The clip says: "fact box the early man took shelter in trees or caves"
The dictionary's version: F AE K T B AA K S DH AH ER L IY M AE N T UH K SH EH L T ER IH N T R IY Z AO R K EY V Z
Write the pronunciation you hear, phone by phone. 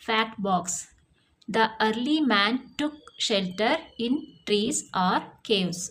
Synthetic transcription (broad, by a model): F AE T B AA K S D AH ER L IY M AE N T UH K SH EH L T ER IH N T R IY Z AO R K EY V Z